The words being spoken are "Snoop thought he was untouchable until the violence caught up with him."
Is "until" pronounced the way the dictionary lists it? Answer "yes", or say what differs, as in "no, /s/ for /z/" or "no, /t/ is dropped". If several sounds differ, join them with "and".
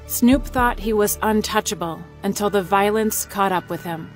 yes